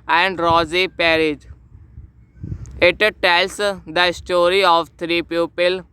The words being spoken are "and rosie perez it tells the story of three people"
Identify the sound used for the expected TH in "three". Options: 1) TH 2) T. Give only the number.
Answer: 2